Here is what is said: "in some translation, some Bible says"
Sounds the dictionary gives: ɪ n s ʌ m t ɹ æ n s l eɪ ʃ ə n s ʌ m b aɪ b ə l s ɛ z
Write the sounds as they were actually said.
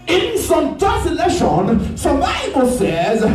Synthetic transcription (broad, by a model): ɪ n s ʌ m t æ s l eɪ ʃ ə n s ʌ m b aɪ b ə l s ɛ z